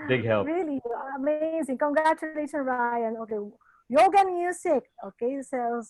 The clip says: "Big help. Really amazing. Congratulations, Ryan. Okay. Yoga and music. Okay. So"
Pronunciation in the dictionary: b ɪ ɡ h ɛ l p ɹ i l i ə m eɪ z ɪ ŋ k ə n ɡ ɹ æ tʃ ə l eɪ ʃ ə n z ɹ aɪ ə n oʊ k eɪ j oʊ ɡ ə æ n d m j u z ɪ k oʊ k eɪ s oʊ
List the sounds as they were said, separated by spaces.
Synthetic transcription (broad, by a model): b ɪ ɡ h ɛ l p ɹ i l i ə m eɪ z ɪ ŋ k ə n ɡ ɹ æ tʃ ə l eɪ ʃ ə n ɹ aɪ ə n oʊ k eɪ j oʊ ɡ ə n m j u s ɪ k oʊ k eɪ s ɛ